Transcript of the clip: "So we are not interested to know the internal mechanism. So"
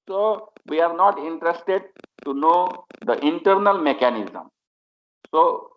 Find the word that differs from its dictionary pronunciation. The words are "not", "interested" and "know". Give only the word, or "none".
none